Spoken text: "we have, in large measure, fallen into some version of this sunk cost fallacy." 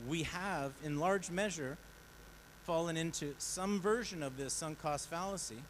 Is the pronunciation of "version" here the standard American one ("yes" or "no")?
yes